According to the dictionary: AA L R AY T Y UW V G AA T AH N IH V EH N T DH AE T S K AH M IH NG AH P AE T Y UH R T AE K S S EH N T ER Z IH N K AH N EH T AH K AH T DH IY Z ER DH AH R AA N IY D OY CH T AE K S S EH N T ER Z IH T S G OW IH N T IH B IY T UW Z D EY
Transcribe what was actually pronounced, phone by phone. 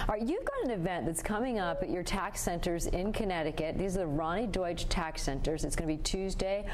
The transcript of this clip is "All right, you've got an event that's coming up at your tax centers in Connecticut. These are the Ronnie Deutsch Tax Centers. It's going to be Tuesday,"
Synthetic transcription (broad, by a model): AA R Y UW V G AA T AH N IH V EH N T DH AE T S K AH M IH NG AH P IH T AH R T AE K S S EH N T ER Z IH N K AH N EH T AH K AH T DH IY Z ER DH AH R AA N IY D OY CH T AE K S S EH N T ER Z IH T S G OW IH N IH B IY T UW Z D EY